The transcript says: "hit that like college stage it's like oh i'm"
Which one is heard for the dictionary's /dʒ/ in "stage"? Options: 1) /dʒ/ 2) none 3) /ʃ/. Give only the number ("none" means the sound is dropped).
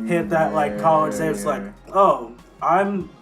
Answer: 2